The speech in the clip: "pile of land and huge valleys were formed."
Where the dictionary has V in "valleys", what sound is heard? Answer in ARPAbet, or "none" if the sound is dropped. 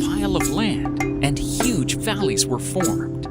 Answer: V